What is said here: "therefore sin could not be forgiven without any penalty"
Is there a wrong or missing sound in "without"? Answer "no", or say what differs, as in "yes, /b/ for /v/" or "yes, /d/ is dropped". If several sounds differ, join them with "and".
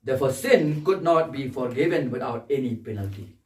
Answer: yes, /t/ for /θ/